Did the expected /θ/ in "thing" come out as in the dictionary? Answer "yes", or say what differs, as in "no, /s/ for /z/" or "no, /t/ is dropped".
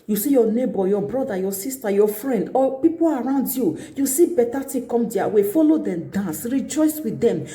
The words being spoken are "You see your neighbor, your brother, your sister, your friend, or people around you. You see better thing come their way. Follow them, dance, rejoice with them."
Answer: no, /t/ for /θ/